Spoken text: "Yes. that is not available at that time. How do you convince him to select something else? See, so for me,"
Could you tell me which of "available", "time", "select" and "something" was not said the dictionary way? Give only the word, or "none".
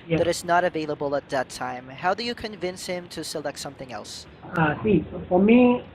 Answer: none